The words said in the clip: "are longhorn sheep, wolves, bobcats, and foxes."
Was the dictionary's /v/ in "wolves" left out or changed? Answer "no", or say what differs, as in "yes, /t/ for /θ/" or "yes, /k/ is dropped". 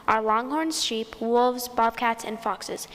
no